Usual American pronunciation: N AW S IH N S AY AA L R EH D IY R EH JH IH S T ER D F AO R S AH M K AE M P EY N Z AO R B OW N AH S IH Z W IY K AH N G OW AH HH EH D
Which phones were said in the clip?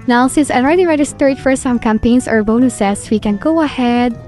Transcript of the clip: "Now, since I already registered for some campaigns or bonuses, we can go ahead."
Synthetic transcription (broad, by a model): N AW S IH N S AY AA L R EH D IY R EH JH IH S T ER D F AO R S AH M K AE M P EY N S AO R B OW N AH S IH S W IY K AH N G OW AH HH EH D